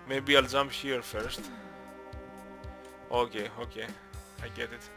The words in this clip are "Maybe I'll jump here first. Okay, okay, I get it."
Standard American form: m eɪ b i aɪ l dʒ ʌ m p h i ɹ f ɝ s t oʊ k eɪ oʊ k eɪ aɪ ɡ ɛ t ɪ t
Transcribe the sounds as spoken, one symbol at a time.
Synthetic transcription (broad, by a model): m eɪ b i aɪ l z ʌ m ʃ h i ɹ f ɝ s t oʊ k eɪ oʊ k eɪ aɪ ɡ ɛ t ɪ t